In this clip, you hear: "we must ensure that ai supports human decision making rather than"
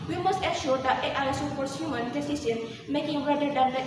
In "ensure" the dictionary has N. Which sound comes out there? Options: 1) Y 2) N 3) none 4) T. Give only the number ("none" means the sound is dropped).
3